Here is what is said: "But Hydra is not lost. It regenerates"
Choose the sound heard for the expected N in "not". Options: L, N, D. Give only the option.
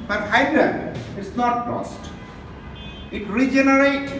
N